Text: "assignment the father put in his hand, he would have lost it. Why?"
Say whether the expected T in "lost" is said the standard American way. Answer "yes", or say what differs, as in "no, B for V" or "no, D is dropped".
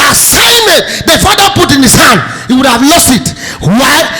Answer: yes